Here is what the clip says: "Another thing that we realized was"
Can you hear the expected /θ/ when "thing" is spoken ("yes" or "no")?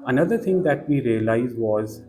no